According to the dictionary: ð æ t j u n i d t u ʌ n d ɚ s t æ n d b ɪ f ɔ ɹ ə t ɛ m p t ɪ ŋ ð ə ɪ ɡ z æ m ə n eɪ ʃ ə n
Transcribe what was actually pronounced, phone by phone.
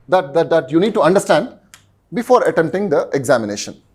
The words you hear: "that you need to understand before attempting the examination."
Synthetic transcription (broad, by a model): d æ t j u n i d t u ʌ n d ɚ s t æ n d b ɪ f ɔ ɹ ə t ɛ m t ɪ ŋ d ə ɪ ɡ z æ m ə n eɪ ʃ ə n